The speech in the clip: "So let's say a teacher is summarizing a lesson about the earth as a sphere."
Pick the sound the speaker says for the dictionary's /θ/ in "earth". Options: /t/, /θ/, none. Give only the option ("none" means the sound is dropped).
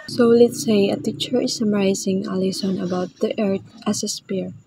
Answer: /t/